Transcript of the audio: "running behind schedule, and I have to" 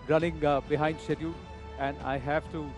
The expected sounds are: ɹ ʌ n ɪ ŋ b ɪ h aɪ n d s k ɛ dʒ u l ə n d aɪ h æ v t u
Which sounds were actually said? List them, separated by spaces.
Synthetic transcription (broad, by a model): ɹ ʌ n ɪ ŋ b ɪ h aɪ n d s ɛ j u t ə n d aɪ h æ v t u